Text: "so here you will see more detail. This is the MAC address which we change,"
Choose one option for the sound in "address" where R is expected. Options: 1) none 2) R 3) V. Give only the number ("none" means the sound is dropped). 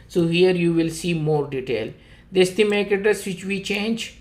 1